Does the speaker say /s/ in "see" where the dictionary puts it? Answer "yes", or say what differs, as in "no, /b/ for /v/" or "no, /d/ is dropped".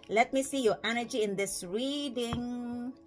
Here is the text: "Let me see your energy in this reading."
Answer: yes